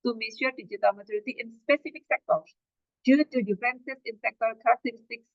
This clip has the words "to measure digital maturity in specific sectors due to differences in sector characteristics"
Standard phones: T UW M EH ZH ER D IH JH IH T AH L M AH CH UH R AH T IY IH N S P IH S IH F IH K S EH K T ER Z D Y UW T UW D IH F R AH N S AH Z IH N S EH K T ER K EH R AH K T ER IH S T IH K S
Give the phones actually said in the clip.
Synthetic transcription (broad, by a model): T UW M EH SH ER D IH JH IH T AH L M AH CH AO R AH T IY IH N S P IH S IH F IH K S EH K T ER S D Y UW T UW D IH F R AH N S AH S IH N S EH K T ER K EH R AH K T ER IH S T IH K S